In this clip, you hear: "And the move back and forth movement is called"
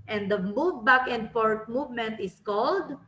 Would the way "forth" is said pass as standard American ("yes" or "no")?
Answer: no